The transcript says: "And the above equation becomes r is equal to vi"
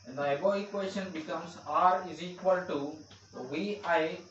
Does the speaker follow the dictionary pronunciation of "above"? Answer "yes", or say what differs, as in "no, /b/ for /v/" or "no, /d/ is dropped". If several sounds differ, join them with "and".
no, /v/ is dropped